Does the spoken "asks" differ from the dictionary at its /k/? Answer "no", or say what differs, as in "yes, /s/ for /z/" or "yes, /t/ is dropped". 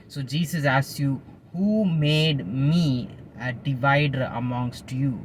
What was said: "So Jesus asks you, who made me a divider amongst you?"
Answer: yes, /k/ is dropped